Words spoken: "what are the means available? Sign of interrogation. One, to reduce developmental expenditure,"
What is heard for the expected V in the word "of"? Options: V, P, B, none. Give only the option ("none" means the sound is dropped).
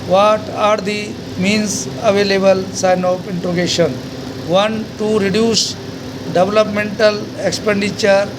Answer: P